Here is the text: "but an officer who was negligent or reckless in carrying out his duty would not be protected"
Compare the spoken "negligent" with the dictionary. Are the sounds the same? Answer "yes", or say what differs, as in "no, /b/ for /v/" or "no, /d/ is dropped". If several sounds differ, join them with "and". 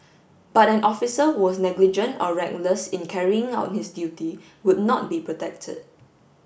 yes